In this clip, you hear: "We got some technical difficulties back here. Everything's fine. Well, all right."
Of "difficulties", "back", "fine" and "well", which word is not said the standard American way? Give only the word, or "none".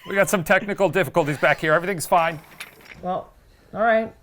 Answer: none